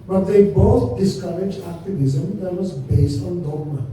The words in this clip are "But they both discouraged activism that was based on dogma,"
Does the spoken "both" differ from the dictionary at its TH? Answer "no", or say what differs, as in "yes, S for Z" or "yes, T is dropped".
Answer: yes, T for TH